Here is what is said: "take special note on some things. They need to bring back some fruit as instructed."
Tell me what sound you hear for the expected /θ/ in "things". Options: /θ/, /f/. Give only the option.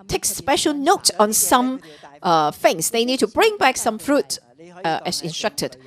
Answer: /f/